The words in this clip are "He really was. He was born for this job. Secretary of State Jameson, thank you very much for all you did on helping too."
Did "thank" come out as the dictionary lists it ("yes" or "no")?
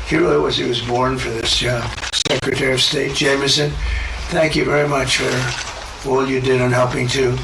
yes